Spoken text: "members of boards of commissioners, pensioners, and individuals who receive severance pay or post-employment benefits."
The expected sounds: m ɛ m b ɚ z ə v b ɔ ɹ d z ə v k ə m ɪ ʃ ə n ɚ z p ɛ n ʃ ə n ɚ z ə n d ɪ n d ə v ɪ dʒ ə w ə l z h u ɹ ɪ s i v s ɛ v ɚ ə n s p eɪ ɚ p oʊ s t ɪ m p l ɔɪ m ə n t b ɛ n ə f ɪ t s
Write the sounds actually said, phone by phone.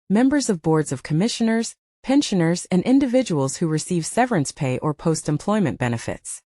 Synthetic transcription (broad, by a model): m ɛ m b ɚ z ə v b ɔ ɹ d z ə v k ə m ɪ ʃ ə n ɚ z p ɛ n ʃ ə n ɚ z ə n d ɪ n d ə v ɪ dʒ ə w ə l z h u ɹ ɪ s i v s ɛ v ɚ ə n s p eɪ ɚ p oʊ s t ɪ m p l ɔɪ m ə n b ɛ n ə f ɪ t s